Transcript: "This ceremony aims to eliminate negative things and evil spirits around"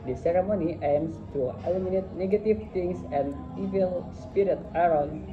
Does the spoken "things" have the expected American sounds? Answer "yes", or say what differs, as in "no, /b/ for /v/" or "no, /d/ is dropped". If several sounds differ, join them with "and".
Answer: no, /t/ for /θ/ and /s/ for /z/